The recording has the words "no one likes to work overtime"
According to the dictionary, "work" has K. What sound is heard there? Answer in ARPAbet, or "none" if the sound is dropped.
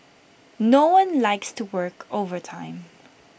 K